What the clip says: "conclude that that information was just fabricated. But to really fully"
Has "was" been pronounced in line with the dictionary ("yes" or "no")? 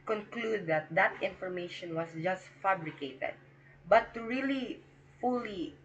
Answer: no